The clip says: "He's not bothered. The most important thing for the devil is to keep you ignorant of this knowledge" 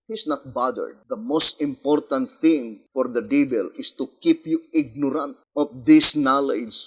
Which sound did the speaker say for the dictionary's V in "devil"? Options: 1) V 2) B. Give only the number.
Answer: 2